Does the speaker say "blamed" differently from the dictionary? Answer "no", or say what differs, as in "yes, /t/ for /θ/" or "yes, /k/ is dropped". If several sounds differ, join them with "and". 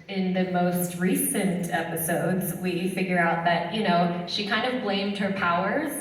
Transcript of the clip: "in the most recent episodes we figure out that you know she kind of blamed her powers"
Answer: no